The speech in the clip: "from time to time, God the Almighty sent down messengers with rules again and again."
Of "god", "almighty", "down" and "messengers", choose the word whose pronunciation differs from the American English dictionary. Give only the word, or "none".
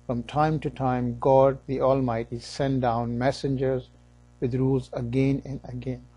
none